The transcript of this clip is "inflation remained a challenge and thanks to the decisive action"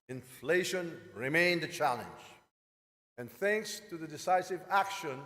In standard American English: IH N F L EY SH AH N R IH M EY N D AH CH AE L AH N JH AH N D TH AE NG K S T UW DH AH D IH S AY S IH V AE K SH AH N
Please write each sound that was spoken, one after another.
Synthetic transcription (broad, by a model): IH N F L EY SH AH N R IH M EY N D AH CH AE L AH N JH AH N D TH AE NG K S T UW DH AH D IH S AY S IH V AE K SH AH N